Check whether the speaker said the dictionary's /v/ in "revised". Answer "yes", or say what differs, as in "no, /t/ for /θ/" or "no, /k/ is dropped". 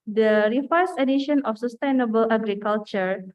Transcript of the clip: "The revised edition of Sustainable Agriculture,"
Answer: no, /f/ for /v/